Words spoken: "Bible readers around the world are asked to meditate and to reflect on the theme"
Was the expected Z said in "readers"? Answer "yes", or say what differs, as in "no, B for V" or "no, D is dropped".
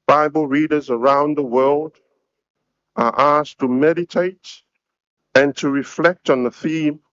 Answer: yes